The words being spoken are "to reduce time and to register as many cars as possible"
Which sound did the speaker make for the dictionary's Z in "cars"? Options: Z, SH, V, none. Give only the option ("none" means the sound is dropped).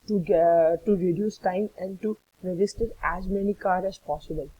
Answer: none